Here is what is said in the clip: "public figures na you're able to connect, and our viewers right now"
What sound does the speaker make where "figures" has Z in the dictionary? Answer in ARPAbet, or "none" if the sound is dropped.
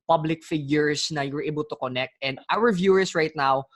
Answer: S